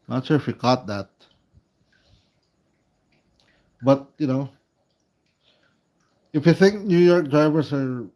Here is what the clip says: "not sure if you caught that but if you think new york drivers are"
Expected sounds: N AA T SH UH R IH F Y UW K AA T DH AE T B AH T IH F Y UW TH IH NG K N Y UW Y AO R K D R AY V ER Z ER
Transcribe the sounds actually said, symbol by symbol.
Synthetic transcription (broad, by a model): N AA T SH UH R IH F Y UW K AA T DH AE T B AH T IH F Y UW TH IH NG K N Y UW Y AO R K D R AY V ER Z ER